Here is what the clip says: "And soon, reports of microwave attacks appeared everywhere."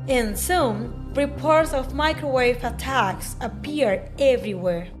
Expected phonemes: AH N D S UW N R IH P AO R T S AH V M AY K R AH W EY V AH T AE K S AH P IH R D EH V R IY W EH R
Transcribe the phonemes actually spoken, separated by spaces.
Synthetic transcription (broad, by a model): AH N S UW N R IH P AO R T S AH V M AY K R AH W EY F AH T AE K S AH P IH R EH V R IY W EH R